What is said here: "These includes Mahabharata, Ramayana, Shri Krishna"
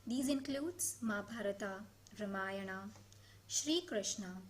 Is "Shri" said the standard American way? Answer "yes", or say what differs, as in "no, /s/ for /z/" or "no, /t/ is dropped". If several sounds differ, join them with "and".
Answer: yes